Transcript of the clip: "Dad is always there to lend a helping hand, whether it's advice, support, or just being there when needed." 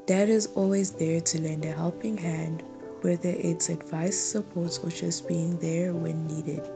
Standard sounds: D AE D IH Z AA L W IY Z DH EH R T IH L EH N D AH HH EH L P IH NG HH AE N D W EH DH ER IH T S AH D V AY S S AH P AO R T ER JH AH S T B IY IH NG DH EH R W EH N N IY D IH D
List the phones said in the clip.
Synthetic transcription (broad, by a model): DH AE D IH Z AA L W IY Z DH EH R T IH L EH N D AH HH EH L P IH NG HH AE N D W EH DH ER IH T S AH D V AY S S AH P AO R T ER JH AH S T B IY IH NG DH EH R W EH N N IY D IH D